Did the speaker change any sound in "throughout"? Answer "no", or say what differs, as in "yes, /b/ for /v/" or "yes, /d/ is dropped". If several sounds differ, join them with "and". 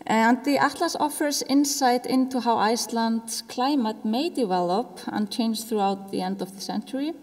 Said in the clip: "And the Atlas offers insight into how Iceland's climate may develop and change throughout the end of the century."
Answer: no